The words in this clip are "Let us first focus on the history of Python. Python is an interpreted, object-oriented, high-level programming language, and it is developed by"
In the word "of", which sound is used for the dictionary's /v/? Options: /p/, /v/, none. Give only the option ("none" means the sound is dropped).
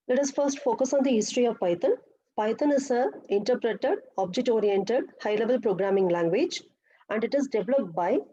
/v/